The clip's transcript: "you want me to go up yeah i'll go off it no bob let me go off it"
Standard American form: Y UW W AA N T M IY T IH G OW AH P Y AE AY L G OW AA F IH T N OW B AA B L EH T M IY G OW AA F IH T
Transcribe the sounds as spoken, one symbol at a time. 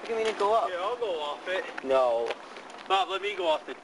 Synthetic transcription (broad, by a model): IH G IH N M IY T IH G OW AH P Y AE AY L G OW AA F IH T N OW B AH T L EH T M IY G OW AA F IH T